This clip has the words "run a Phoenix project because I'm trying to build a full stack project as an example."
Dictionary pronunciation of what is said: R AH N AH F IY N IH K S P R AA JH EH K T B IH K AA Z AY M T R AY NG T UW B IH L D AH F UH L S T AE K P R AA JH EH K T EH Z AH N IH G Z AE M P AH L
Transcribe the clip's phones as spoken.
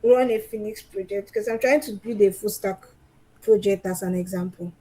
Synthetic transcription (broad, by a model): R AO N AH F IY N IH K S P R AA JH EH K T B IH K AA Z AY M T R AY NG T UW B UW D AH F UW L S T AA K P R AA JH EH K T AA S AH N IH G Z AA M P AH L